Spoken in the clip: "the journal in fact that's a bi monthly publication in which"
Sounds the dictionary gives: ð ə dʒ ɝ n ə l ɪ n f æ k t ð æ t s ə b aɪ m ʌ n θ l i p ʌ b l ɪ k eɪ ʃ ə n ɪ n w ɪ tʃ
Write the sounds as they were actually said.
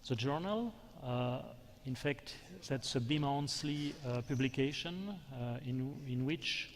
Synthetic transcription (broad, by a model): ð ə dʒ ɝ n ə l ɪ n f æ k t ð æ t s ə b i m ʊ n s l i p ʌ b l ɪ k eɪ ʃ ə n ɪ n w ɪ tʃ